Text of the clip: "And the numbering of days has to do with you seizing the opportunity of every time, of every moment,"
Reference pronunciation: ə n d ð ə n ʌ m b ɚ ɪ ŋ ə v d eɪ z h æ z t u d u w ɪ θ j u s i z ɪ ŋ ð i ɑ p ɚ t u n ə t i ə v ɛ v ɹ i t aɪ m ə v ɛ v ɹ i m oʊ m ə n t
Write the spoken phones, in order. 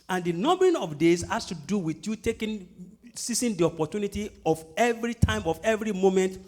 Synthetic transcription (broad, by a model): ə n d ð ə n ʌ m b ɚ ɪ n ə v d eɪ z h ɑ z t u d u w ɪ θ j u s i s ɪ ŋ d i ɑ p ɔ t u n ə t i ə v ɛ v ɹ i t aɪ m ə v ɛ v ɹ i m oʊ m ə n t